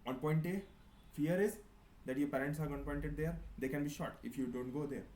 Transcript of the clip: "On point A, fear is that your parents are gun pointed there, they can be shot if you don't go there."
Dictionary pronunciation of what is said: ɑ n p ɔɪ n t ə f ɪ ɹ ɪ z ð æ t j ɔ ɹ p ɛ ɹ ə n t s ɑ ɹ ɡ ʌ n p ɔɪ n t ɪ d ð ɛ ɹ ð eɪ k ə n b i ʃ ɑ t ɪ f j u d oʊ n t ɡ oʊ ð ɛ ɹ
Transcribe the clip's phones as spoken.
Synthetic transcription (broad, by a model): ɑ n p ɔɪ n t ə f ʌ ɹ ɪ z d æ t j ɔ ɹ p ɛ ɹ ə n t s ɑ ɹ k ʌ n p ɔɪ n t ɪ d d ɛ ɹ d eɪ k ə n b i ʃ ɑ t ɪ f j u d oʊ n t ɡ oʊ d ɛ ɹ